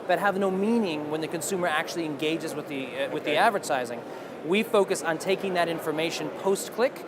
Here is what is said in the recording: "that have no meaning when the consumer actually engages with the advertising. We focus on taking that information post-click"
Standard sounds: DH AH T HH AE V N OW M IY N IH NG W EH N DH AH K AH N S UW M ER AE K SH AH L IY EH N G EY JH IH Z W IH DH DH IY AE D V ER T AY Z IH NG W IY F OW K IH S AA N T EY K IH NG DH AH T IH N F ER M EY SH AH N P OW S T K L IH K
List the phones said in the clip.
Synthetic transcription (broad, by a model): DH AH T HH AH V N OW M IY N IH NG W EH N DH AH K AH N S UW M ER AE K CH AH L IY EH N G EY JH IH Z W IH DH DH IY AE D V ER T AY Z IH NG W IY F OW K IH S N T EY K IH NG DH AH T IH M F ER M EY SH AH N P OW S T K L IH K